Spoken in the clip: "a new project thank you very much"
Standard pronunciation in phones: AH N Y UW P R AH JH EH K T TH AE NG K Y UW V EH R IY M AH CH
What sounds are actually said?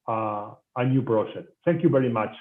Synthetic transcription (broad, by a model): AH N Y UW B R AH SH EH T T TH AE NG K Y UW V EH R IY M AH CH